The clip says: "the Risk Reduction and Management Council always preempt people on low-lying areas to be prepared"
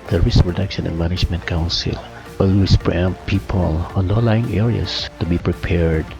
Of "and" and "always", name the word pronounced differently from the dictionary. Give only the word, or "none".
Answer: always